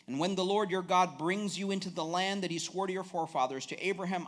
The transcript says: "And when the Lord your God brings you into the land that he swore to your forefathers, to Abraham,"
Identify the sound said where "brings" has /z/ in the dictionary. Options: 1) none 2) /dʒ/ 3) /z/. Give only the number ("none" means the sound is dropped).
3